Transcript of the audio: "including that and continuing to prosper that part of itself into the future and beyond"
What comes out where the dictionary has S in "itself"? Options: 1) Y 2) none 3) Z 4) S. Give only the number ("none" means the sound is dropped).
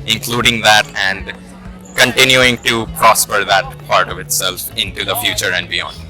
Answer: 4